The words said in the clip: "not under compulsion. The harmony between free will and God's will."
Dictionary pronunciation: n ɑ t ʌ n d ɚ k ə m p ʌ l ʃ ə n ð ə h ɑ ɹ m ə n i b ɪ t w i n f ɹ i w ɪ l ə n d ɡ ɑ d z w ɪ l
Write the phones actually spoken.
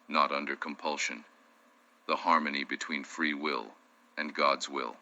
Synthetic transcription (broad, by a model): n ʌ t ʌ n d ɚ k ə m p ʌ l ʃ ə n ð ə h ɑ ɹ m ə n i b ɪ t w i n f ɹ i w ɪ l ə n ɡ ɑ d z w ɪ l